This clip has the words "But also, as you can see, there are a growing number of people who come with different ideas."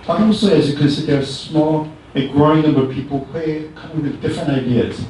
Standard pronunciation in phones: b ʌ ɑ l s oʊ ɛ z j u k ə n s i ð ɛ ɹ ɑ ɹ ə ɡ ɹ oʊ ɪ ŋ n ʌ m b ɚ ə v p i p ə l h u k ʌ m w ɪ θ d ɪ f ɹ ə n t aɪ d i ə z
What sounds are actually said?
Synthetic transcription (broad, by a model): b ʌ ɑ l s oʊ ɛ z j u k ə n s i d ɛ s ɑ l ə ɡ ɹ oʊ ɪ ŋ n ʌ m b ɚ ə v p i p ə l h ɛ k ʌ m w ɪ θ d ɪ f ɹ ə n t aɪ d i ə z